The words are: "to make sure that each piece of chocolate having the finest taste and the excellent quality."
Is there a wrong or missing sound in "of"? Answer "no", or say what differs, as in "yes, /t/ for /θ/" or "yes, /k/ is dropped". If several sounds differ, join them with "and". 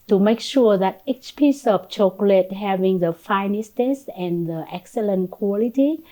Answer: yes, /p/ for /v/